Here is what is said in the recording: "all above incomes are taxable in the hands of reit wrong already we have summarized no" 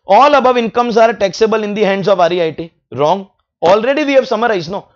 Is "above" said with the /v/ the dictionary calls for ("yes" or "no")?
yes